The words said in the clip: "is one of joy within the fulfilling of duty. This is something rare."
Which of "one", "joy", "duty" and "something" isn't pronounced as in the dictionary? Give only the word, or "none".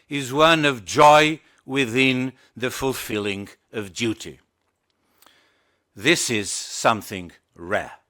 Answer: none